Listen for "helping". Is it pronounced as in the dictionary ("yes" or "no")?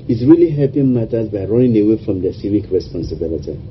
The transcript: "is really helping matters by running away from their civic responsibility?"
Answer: no